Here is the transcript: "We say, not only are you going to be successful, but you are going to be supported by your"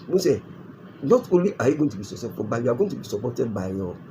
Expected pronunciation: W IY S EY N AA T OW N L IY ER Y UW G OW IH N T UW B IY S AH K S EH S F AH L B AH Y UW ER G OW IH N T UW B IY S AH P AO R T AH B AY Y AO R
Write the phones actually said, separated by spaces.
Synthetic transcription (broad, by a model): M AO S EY N AA T OW N L IY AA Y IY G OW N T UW B IY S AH S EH F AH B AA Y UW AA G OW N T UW B IY S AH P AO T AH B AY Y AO